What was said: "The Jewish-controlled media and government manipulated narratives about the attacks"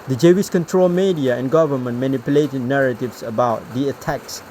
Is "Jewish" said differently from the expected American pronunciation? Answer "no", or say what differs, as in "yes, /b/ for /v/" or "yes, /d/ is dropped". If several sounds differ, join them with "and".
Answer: yes, /s/ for /ʃ/